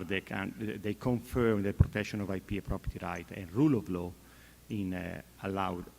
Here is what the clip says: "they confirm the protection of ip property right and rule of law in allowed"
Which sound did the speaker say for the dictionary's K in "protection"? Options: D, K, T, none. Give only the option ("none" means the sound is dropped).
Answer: K